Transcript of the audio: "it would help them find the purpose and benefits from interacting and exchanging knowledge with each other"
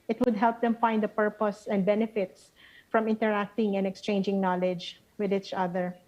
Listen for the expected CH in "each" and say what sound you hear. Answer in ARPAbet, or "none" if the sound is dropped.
CH